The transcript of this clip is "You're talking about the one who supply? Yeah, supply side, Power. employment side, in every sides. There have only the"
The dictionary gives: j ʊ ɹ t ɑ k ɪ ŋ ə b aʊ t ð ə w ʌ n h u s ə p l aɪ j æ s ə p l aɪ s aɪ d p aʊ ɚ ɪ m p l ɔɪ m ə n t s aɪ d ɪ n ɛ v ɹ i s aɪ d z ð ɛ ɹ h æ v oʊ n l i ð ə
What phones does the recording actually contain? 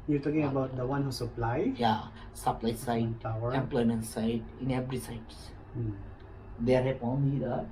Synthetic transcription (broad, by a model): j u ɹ t ɑ k ɪ ŋ ə b aʊ t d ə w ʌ n h u s ə p l aɪ j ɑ s ə p l aɪ s aɪ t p aʊ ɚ ɪ m p l ɔɪ m ə n t s aɪ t ɪ n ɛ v ɹ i s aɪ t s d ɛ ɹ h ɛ p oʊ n i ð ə